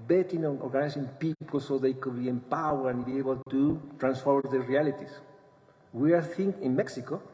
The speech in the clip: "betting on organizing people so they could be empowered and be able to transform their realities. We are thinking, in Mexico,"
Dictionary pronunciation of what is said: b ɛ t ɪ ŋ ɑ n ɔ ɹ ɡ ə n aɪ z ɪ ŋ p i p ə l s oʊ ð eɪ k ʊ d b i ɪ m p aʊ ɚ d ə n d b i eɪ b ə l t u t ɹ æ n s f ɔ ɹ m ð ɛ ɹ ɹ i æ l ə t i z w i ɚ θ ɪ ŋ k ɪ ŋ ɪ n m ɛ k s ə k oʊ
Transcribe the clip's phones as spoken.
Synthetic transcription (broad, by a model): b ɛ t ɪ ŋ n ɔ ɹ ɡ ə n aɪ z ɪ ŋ p i p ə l s oʊ ð eɪ k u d b i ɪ m p aʊ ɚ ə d b i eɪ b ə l t u t ɹ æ n s f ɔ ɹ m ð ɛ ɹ ɹ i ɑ l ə t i s w i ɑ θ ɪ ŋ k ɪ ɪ n m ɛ k s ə k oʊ